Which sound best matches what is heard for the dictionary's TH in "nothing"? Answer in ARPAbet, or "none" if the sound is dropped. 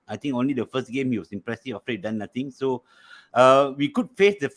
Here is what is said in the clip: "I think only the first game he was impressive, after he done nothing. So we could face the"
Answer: T